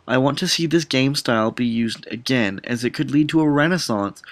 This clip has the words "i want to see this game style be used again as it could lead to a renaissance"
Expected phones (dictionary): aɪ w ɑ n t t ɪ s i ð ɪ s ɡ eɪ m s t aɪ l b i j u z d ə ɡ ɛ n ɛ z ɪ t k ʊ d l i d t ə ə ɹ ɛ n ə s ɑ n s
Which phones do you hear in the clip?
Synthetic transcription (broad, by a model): aɪ w ɑ n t t ɪ s i ð ɪ s ɡ eɪ m s t aɪ l b i j u z d ə ɡ ɛ n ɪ z ɪ t k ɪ d l i d t ə ə ɹ ɛ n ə s ɑ n s